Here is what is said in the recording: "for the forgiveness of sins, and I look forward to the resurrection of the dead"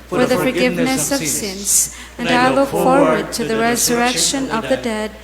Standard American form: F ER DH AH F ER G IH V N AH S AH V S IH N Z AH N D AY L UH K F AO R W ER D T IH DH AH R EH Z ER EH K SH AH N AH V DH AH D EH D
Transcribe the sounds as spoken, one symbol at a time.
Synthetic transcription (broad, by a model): F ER DH AH F ER G IH V N AH S AH V S IH N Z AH N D AY L UH K F AO R W ER D T IH DH AH R EH Z ER EH K SH AH N AH V DH AH D EH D